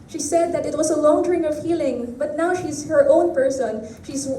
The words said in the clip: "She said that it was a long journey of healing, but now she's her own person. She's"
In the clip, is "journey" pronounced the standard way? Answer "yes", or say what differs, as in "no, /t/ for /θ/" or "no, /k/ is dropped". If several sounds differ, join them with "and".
no, /n/ is dropped